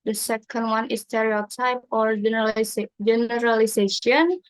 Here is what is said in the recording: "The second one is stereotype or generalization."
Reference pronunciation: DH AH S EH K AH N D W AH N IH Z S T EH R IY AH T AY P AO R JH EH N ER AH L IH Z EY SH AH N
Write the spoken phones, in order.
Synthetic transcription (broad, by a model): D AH S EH K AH N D W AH N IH S T EH R IY AH T AY P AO R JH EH N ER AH L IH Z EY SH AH N